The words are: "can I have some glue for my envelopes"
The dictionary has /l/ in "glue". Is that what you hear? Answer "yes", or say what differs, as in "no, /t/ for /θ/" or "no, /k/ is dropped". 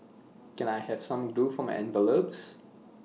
no, /l/ is dropped